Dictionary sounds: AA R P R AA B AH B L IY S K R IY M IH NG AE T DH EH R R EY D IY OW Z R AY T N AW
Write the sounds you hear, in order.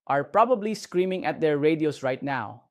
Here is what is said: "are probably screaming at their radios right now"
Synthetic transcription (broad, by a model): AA R P R AA B AH B L IY S K R IY M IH NG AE T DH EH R R EY D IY OW S R AY T N AW